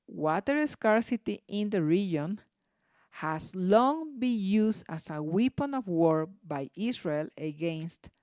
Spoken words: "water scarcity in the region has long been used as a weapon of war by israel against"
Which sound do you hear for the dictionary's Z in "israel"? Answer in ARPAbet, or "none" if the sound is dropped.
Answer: S